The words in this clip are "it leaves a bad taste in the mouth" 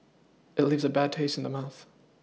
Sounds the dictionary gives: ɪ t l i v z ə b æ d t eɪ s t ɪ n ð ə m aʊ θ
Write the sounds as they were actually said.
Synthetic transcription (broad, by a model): ɪ t l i v z ə b æ d t eɪ s t n ð ə m aʊ θ